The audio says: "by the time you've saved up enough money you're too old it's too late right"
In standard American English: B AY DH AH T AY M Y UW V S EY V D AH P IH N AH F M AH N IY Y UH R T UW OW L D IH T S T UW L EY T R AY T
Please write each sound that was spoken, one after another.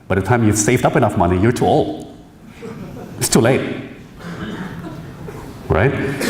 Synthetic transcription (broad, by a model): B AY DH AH T AY M Y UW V S EY V D AH P IH N AH F M AH N IY Y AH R T UW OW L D IH T S T UW L EY T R AY T